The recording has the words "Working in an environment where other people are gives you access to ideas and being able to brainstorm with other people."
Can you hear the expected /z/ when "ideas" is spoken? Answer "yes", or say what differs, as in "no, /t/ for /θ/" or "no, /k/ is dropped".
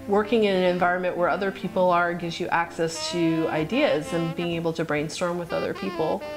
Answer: yes